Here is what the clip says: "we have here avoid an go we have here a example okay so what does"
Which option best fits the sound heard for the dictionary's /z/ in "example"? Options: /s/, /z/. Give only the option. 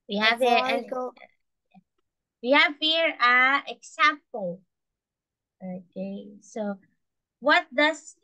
/s/